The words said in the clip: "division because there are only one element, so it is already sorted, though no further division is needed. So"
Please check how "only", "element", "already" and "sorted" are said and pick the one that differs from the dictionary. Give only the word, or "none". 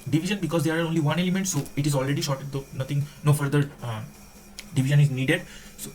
sorted